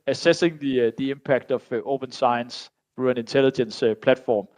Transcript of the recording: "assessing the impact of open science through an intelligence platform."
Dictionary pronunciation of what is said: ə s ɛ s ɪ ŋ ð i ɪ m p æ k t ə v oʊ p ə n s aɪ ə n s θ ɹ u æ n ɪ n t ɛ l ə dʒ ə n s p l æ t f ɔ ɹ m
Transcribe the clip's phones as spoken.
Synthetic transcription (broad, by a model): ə s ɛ s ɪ ŋ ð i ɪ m p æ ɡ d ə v oʊ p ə n s aɪ ə n s θ ɹ u æ n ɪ n s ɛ l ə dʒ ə n s p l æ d f ɔ m